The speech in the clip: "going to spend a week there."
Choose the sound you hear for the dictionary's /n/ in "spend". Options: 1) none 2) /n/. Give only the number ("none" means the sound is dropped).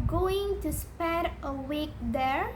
1